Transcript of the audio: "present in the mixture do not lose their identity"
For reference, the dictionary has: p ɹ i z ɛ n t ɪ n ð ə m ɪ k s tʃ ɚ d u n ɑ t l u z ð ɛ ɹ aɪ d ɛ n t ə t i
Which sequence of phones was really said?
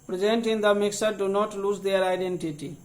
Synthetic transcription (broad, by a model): p ɹ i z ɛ n t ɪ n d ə m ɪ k s ɚ d u n ɑ t l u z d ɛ ɹ aɪ d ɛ n t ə t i